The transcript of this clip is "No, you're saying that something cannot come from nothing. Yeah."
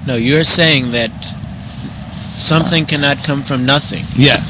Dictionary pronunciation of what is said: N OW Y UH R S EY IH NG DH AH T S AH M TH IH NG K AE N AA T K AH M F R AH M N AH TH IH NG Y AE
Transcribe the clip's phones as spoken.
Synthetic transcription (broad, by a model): N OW Y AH R S EY IH NG DH AH T S AH M TH IH NG K AE N AA T K AH M F R AH M N AH TH IH NG Y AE